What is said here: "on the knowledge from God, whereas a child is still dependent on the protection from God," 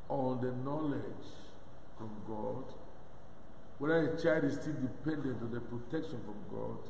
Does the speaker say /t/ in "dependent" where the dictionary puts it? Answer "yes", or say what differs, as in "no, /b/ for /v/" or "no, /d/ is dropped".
yes